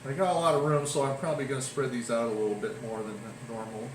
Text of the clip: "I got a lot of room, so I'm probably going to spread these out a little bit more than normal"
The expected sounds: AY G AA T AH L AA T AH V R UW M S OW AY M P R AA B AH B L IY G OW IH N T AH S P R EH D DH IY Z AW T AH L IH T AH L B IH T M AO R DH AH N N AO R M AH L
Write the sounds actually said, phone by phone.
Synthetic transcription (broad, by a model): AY G AA T AH L AA T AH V R UW M S OW AY M P R AA B AH B L IY G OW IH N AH S P R EH D DH IY Z AW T AH L IH T L B IH T M AO R DH AH N N AO R M L